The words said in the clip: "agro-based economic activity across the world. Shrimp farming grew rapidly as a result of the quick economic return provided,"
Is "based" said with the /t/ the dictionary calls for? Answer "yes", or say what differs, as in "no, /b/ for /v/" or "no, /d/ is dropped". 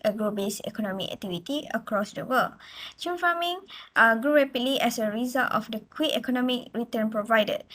no, /t/ is dropped